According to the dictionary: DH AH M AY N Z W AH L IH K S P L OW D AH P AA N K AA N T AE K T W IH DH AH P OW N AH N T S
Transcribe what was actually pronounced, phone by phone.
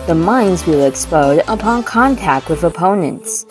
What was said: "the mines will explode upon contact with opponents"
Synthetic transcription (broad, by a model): DH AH M AY N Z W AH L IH K S P OW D AH P AA N K AA N T AE K T W IH DH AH P OW N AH N T S